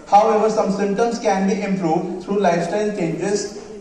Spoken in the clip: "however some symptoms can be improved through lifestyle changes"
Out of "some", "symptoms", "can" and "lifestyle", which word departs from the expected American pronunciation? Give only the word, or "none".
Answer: symptoms